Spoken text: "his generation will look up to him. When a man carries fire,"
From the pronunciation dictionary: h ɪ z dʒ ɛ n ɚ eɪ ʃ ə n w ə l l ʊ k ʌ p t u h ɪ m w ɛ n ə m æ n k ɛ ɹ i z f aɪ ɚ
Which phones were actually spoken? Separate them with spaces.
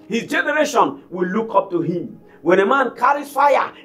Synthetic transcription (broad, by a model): h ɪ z dʒ ɛ n ɚ eɪ ʃ ə n w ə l l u k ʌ p t u h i m w ɛ n ə m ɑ n k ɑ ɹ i f aɪ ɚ